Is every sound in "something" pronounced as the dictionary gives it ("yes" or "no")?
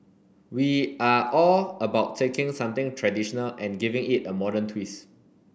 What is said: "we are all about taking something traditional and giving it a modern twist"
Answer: no